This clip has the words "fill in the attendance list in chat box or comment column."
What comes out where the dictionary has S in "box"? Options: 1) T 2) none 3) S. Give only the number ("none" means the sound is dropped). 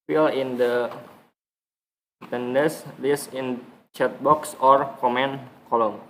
3